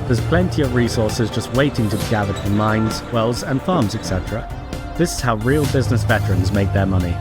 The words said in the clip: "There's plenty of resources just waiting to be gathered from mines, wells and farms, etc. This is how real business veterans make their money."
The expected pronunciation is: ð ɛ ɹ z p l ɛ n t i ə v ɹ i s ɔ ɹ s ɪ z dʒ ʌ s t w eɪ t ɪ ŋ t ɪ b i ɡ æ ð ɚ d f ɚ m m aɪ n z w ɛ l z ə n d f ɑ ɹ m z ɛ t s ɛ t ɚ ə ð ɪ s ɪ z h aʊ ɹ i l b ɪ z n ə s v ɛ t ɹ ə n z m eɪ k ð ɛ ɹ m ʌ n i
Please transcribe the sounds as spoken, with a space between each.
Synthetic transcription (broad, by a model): ð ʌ ɹ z p l ɛ n t i ə v ɹ i s ɔ ɹ s ɪ z dʒ ʌ s t w eɪ t ɪ ŋ t ɪ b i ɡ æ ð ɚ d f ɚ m m aɪ n z w ɛ l z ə n f ɑ ɹ m z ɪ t s ɛ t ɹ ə ð ɪ s ɪ z h aʊ ɹ i l b ɪ z n ə s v ɛ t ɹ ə n z m eɪ k ð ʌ ɹ m ʌ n i